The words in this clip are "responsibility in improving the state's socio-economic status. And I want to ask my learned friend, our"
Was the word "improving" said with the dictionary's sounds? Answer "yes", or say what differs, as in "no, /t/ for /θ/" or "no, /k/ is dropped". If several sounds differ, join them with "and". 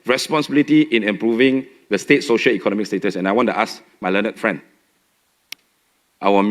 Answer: yes